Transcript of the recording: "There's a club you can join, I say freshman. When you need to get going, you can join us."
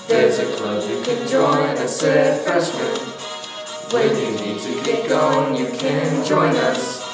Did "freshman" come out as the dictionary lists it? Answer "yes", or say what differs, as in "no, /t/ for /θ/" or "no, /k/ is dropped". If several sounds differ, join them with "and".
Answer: no, /ɹ/ is dropped